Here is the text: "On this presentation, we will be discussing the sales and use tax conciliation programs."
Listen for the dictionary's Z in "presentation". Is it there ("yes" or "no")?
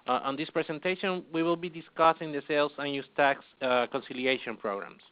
no